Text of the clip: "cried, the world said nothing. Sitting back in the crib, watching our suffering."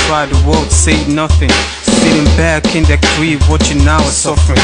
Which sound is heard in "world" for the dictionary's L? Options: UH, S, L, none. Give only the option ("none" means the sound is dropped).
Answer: L